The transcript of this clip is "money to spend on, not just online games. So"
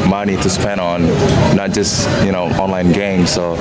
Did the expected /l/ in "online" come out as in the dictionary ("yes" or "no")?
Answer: yes